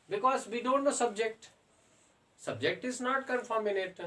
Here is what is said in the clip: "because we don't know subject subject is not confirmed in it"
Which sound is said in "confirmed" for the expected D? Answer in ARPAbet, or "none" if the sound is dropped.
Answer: none